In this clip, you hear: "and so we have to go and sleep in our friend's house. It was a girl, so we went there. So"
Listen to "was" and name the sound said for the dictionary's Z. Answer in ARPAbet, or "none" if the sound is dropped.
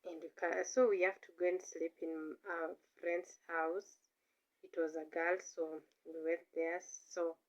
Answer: Z